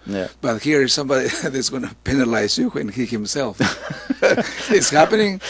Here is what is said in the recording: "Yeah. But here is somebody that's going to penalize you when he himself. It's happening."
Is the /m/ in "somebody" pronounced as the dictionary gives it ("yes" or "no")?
yes